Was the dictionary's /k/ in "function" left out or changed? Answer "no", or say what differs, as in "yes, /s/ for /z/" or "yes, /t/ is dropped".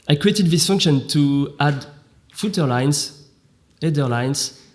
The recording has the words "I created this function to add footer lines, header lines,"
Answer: no